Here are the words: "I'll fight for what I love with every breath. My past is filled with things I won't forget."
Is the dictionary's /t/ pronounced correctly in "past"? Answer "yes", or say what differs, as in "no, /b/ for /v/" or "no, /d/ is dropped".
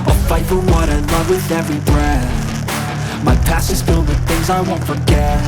no, /t/ is dropped